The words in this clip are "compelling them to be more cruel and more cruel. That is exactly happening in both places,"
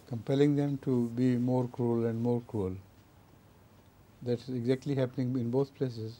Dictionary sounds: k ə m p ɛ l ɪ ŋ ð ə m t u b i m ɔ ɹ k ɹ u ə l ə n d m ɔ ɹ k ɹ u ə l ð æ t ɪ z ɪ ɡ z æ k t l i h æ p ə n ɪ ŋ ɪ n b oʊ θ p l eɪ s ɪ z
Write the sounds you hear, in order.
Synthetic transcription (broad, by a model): k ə m p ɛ l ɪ ŋ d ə m t u b i m ɔ ɹ k ɹ u ə l ə n d m ɔ ɹ k ɹ u ə l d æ t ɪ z ɪ ɡ z æ k t l i h æ p ə n ɪ ŋ ɪ n b oʊ t p l eɪ s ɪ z